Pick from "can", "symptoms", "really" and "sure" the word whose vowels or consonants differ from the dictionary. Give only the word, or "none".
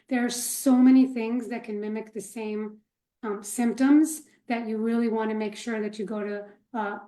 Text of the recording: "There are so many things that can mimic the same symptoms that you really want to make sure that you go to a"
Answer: none